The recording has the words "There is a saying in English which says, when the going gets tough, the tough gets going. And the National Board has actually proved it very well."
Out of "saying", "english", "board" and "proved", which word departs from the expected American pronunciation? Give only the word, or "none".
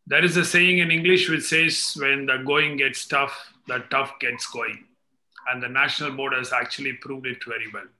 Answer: none